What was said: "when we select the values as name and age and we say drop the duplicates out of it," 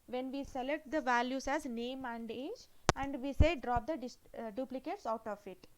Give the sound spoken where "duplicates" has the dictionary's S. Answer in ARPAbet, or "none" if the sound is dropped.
S